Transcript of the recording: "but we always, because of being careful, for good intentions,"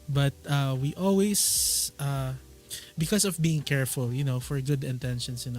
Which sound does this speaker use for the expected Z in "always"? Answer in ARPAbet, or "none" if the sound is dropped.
S